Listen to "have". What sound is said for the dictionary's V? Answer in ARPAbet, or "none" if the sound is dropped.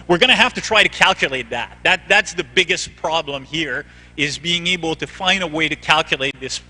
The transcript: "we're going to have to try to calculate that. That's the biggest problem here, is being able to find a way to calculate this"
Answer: F